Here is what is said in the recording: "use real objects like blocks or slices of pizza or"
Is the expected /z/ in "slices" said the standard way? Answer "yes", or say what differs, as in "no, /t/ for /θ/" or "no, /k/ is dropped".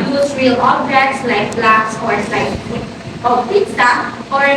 no, /z/ is dropped